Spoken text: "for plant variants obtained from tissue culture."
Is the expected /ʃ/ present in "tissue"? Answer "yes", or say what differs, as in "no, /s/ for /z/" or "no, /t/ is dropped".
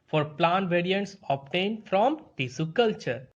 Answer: no, /s/ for /ʃ/